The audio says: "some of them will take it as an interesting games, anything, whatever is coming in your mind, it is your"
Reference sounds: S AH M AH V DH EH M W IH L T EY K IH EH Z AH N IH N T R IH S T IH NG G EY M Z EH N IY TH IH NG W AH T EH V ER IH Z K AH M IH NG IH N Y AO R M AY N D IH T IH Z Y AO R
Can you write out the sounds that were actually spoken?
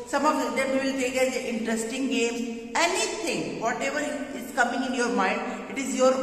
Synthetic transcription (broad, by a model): S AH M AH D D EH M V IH L T EY K IH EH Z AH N IH N T R IH S T IH NG G EY M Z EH N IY T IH NG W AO T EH V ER IH Z K AH M IH NG IH N Y AO R M AY N D IH T IH Z Y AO R